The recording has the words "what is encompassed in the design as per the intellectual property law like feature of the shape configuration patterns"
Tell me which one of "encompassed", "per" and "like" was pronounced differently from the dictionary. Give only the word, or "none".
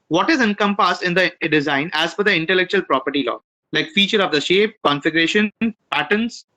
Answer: per